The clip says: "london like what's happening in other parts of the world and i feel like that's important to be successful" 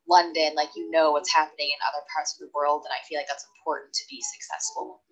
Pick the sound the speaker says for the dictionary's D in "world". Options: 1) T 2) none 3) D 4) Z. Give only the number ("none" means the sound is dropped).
3